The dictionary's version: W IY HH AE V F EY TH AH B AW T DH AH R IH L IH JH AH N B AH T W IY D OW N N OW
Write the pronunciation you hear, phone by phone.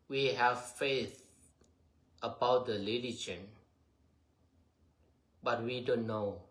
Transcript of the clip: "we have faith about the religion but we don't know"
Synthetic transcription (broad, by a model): W IY HH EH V F EY TH AH B AW T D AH L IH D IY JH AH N B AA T W IY D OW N N OW